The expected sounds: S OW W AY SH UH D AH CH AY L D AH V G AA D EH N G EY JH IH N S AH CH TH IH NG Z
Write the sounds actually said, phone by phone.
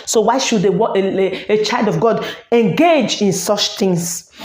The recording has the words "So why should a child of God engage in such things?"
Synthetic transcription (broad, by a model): S OW W AY SH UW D AH CH AY L D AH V G AA D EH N G EY JH IH N S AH CH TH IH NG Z